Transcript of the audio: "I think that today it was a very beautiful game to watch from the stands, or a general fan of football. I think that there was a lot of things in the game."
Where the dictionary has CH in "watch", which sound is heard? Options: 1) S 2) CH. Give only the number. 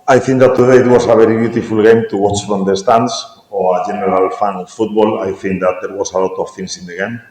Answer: 2